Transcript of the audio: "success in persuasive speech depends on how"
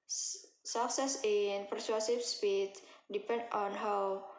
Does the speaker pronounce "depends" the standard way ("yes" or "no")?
no